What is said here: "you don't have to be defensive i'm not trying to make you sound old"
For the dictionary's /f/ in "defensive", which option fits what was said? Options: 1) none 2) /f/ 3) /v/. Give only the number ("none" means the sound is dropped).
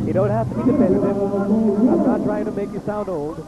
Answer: 1